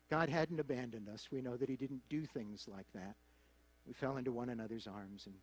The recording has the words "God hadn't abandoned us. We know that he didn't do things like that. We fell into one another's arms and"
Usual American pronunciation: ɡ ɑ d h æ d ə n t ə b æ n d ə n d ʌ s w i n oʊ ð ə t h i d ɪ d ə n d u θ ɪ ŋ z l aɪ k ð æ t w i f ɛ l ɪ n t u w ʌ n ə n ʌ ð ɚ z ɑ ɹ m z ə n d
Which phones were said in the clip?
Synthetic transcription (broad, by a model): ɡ ɑ d h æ d n t ə b æ n d ə n d ʌ s w i n oʊ ð ə t h i d ɪ d n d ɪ θ ɪ ŋ z l aɪ k ð æ t w i f ɛ l ɪ n t u w ʌ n ə n ʌ ð ɚ z ɑ ɹ m z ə n